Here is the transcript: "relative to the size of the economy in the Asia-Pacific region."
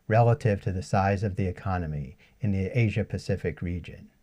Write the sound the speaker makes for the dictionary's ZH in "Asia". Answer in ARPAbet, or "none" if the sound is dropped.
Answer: ZH